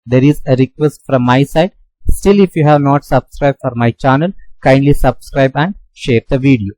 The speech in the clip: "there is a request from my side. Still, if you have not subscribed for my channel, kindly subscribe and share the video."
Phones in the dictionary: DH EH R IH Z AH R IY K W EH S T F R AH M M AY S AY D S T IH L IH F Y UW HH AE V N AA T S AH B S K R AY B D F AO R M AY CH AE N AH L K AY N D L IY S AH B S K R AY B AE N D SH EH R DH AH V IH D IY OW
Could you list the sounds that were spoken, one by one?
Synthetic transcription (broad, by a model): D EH R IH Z AH R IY K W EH S T F R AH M M AY S AY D S T IH L IH F Y UW HH AE V N AA T S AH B S K R AY B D F AO R M AY CH AE N AH L K AY N D L IY S AH B S K R AY B AE N D SH EH R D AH V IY D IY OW